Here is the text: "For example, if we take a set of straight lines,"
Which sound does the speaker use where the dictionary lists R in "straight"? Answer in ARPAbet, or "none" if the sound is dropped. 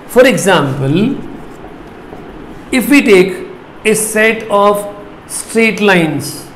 R